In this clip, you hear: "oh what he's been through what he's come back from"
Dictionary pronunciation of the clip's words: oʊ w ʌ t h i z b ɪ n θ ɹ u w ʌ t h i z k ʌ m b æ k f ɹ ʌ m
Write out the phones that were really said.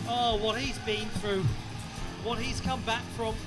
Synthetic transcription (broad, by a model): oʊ w ʌ t h i z b ɪ n θ ɹ u w ʌ t h i z k ʌ m b æ k f ɹ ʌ m